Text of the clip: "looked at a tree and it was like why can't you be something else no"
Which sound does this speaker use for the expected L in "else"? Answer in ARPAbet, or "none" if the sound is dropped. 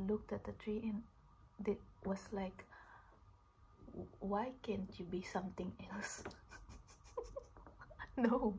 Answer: L